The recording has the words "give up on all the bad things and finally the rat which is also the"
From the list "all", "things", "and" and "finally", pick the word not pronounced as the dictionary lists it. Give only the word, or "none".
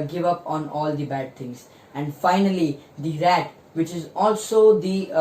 things